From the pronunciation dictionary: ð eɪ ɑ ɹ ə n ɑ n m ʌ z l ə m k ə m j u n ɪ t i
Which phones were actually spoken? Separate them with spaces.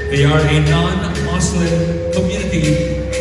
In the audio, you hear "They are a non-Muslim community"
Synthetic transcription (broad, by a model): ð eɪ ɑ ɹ ə n ɑ n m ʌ s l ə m k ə m j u n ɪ t i